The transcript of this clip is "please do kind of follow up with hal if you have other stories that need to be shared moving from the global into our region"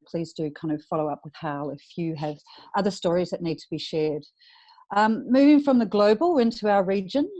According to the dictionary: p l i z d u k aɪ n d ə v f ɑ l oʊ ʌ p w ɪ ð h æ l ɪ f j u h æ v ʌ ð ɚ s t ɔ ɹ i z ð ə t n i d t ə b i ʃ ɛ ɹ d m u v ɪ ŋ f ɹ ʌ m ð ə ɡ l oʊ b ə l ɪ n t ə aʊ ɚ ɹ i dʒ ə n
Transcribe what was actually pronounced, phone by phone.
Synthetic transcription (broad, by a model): p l i z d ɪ k aɪ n d ə v f ɑ l oʊ ʌ p w ɪ ð h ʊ l ɪ f j u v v ʌ ð ɚ s t ɔ ɹ i z ð ə t n i d t ə b i ʃ ɛ ɹ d m u v ɪ ŋ f ɹ ʌ m ð ə ɡ l oʊ b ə l ɪ n t ə aʊ ɚ ɹ i dʒ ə n